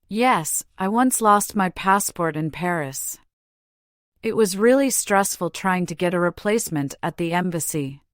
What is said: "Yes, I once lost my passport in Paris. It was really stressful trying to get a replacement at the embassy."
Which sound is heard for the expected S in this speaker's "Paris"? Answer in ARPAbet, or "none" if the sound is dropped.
S